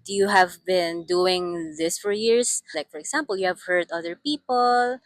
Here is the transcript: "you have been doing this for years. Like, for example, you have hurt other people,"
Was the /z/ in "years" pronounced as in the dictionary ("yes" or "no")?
no